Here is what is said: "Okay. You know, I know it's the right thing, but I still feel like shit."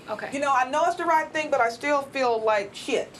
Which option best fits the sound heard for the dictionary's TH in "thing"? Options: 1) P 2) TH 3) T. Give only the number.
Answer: 2